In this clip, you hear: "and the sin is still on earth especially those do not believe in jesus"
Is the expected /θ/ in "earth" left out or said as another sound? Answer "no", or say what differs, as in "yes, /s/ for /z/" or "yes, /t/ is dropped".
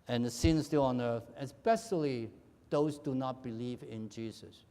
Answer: no